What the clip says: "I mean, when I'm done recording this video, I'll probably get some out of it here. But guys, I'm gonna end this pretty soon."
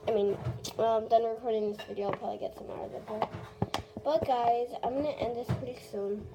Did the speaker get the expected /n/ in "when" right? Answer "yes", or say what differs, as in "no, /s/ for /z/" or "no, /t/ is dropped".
no, /l/ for /n/